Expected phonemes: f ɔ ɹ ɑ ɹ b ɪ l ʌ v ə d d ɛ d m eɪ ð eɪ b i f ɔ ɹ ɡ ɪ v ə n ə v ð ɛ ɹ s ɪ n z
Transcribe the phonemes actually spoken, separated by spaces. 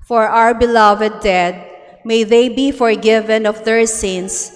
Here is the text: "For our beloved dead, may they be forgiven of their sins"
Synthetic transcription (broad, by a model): f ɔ ɹ ɑ ɹ b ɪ l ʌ v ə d d ɛ d m eɪ ð eɪ b i f ɔ ɹ ɡ ɪ v ə n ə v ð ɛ ɹ s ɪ n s